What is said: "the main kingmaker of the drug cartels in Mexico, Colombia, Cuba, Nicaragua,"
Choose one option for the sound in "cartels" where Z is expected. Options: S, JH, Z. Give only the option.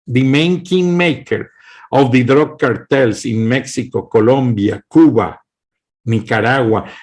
S